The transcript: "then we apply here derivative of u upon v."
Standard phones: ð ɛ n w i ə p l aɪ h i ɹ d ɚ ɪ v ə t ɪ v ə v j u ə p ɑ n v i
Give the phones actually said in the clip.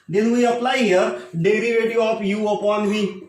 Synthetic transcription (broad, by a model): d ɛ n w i ə p l aɪ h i ɹ d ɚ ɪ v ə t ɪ ə p j u ə p ɑ n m i